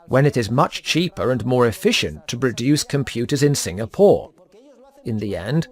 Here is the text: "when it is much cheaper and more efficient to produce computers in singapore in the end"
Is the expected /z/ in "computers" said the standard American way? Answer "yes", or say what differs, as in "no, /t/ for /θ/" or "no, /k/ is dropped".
yes